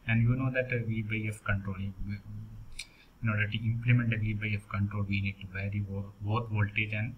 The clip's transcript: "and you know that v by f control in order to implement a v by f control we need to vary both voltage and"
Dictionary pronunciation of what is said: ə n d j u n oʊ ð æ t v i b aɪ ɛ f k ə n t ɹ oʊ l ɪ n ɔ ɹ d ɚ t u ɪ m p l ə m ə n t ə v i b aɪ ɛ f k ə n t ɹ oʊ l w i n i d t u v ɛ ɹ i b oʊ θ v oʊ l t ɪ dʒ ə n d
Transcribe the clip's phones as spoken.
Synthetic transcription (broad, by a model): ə n d j u n oʊ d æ t v i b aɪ ɛ f k ə n t ɹ oʊ l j n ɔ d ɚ t u ɪ m p l ə m ə n t ə v i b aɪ ɛ f k ə n t ɹ oʊ l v i n i d t u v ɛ ɹ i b oʊ t v oʊ l t ɪ dʒ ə n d